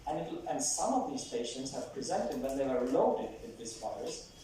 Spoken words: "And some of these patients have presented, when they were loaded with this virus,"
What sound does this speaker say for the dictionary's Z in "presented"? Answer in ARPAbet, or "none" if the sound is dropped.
Z